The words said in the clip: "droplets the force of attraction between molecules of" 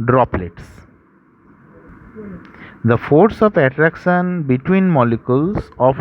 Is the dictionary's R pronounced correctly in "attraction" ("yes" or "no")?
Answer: yes